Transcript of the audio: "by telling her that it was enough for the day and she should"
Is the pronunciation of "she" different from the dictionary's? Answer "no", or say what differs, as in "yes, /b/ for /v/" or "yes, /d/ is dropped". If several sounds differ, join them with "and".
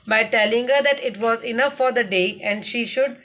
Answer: no